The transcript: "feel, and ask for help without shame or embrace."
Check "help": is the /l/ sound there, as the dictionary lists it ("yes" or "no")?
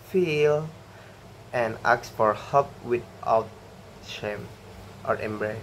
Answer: no